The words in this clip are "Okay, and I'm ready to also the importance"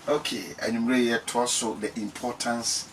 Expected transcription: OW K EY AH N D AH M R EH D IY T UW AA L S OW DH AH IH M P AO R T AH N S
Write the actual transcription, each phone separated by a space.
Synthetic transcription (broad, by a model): OW K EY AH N AH M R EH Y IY T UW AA S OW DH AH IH M P AO T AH N S